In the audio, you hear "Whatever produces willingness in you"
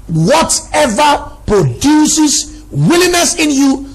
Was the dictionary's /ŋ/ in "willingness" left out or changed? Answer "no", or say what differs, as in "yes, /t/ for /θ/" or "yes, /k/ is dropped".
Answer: yes, /ŋ/ is dropped